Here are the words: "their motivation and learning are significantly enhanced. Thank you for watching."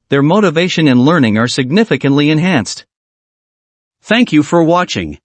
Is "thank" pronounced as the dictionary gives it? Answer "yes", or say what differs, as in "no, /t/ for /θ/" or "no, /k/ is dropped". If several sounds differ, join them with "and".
yes